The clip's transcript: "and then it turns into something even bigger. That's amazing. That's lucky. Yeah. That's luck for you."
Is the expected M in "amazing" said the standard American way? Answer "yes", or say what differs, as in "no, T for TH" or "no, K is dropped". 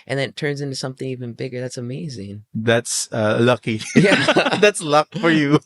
yes